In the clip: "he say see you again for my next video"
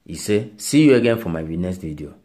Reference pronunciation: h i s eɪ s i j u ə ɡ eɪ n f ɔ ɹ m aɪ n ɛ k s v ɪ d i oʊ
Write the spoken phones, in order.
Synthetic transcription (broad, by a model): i s eɪ s i j u ə ɡ eɪ n f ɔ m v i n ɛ s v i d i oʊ